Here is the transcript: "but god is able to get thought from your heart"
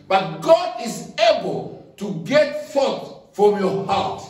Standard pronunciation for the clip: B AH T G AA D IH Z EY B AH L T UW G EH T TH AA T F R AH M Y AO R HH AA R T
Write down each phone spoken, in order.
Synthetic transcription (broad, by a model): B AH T G AA D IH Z EY B AH L T UW G EH T F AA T F R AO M Y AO HH AA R T